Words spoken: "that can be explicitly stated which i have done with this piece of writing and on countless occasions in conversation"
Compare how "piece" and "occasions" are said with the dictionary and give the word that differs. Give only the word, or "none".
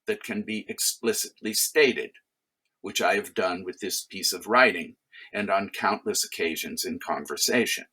none